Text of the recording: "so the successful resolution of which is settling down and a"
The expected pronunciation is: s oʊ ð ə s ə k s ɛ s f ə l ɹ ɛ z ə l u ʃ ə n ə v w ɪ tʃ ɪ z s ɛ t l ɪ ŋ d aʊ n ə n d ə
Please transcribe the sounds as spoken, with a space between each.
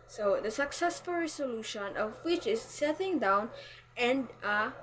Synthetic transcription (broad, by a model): s oʊ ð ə s ə k s ɛ s f ə l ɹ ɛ s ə l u ʃ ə n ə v w ɪ tʃ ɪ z s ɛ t ɪ ŋ d aʊ n ə n d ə